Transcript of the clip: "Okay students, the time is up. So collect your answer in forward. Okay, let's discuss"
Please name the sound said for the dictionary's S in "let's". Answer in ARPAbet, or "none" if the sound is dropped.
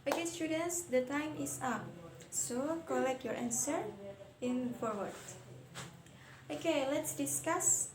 S